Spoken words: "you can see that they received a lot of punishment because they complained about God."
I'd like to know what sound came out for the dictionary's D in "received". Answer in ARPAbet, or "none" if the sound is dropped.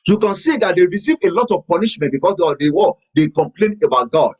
none